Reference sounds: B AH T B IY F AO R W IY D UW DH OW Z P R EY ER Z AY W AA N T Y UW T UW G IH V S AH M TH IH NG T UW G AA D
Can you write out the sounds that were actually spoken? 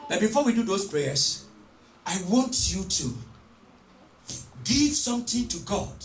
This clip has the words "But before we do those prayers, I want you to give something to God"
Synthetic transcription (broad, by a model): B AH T B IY F AO W IY D UW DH OW S P R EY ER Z AY W AA N T Y UW T UW G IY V S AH M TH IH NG T UW G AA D